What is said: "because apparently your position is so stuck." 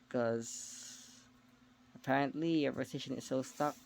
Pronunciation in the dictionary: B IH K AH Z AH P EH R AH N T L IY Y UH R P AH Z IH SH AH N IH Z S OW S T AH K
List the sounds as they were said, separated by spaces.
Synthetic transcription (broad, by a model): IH K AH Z AH P EH R AH N T L IY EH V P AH S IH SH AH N IH Z S OW S T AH K